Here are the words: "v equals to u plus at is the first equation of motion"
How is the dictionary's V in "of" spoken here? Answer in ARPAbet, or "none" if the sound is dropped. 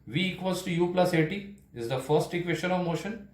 V